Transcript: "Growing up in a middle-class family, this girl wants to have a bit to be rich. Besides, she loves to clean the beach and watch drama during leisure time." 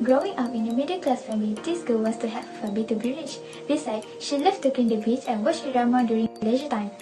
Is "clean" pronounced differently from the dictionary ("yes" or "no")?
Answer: yes